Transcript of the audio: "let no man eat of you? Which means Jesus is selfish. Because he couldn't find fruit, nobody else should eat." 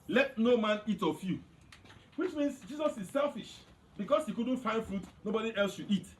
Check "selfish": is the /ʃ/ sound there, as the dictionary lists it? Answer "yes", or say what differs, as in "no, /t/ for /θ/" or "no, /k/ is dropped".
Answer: yes